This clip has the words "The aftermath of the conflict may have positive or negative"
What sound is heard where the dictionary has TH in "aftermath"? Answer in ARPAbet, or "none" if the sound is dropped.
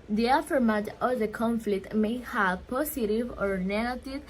T